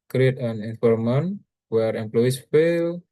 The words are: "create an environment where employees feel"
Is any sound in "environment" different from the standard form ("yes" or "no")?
yes